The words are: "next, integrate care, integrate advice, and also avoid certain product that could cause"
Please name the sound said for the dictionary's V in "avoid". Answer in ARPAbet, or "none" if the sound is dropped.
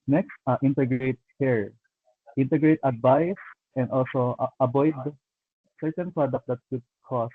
B